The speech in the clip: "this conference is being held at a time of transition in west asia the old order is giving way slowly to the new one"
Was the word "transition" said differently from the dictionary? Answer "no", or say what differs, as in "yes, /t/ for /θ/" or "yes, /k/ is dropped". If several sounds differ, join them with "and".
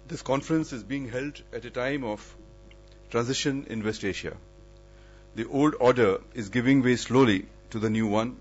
no